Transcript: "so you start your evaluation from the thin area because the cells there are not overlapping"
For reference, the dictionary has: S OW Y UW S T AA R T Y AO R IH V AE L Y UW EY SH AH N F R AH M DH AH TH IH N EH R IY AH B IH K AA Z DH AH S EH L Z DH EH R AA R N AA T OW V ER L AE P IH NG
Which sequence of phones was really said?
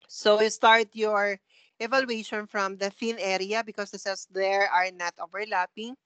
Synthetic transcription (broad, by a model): S OW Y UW S T AA R T Y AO R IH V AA L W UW EY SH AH N F R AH M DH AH F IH N EH R IY AH B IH K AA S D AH S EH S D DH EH R AA R N AA T OW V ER L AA P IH NG